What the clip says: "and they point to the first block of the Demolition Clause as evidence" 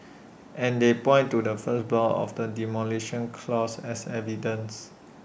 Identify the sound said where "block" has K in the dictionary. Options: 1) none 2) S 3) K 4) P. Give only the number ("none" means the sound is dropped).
1